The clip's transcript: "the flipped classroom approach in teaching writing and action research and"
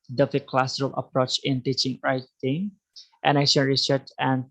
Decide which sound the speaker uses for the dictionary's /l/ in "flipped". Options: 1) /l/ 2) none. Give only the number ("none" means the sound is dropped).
2